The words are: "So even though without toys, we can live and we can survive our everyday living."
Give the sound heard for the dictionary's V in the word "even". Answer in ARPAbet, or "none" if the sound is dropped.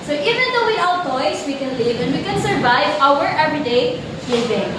V